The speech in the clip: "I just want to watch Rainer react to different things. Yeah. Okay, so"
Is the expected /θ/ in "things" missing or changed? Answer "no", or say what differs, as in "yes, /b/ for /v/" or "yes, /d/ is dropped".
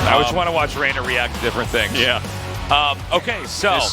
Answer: no